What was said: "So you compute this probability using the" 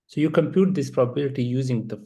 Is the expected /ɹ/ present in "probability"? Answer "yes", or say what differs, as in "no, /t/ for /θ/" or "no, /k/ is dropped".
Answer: yes